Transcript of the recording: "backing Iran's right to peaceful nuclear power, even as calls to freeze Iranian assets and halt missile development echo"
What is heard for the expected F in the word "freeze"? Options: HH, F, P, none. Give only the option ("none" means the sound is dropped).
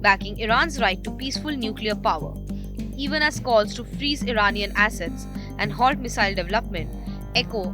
F